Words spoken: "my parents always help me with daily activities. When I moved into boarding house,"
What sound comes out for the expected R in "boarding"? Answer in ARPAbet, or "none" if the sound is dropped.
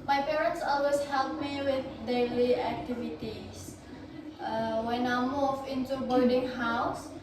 L